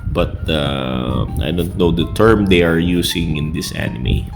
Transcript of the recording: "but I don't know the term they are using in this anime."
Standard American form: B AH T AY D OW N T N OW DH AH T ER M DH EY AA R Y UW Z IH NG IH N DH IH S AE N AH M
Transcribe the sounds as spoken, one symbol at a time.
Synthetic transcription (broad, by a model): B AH T AY D OW N T N OW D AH T ER M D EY AA R Y UW S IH NG IH N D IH S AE N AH M